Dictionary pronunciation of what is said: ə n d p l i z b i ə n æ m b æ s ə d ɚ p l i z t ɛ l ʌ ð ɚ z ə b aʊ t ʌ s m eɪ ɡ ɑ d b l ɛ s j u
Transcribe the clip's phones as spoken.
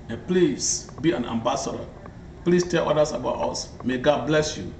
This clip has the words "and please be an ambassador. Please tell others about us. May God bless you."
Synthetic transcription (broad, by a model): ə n p l i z b i ə n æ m b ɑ s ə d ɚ p l i s t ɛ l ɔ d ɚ s ə b aʊ t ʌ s m eɪ ɡ ɑ d b l ɛ s j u